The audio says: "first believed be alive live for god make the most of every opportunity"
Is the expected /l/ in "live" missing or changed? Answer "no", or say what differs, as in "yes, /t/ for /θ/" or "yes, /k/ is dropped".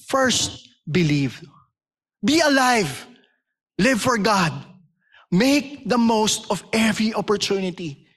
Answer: no